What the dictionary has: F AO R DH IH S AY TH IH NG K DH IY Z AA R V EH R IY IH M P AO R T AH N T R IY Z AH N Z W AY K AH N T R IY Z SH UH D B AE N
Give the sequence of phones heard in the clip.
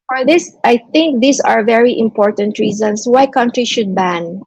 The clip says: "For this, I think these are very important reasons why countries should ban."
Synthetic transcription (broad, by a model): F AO R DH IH S AY TH IH NG K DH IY S AA R V EH R IY IH M P AO R T AH N T R IY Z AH N S W AY K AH N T R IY SH UH D B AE N